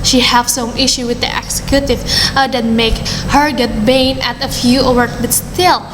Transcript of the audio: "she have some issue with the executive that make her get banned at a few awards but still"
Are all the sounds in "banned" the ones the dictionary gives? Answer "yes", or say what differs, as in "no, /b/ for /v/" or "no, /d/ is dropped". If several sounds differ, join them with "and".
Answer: no, /d/ is dropped